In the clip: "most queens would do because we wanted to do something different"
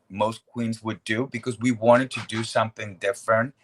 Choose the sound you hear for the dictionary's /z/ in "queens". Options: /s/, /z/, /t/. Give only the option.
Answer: /z/